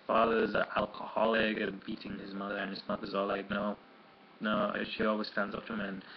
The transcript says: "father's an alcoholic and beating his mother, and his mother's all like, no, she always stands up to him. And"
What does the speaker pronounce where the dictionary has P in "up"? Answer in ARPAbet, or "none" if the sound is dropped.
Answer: F